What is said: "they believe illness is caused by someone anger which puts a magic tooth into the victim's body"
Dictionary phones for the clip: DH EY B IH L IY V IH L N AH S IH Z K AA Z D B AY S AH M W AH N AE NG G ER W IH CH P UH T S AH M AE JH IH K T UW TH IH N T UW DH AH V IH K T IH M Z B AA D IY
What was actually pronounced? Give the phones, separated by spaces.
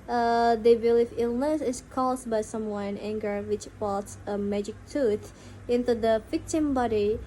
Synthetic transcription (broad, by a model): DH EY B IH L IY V IH L N AH S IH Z K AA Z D B AY S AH M W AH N AE NG G ER W IH CH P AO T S AH M AE JH IH K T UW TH IH N T UW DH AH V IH K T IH M B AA D IY